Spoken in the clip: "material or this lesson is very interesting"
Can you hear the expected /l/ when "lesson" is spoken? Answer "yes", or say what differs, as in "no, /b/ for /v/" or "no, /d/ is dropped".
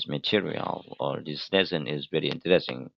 no, /n/ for /l/